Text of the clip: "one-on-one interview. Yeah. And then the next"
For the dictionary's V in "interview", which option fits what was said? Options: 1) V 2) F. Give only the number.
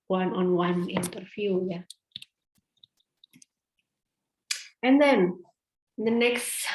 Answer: 2